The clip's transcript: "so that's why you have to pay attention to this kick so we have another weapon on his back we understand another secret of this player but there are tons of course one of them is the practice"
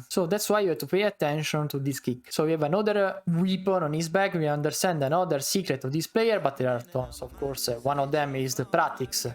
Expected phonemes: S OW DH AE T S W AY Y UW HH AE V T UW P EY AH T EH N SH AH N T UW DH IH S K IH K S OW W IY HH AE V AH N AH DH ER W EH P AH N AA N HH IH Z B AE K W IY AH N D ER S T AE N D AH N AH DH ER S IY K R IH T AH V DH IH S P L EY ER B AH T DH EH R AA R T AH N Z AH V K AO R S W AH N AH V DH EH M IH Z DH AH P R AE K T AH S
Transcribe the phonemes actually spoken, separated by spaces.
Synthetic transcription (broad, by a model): S OW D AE T S W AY Y UW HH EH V T UW P EY AH T EH N SH AH N T UW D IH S K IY K S OW W IY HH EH V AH N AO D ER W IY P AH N AA N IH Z B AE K W IY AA N D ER S T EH N D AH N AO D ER S IY K R IH T AH V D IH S P L EY ER B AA T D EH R AA R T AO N S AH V K AO R S W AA N AH V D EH M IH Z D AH P R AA T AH S